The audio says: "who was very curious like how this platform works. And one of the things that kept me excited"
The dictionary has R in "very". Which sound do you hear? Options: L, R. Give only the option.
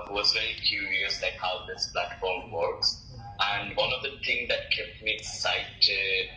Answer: L